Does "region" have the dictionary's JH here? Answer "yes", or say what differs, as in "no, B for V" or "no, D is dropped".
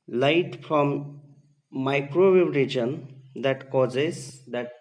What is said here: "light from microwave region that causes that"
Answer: yes